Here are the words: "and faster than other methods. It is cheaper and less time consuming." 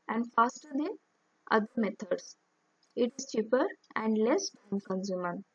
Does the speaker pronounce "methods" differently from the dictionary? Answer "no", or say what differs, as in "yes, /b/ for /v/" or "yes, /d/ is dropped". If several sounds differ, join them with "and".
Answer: yes, /t/ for /θ/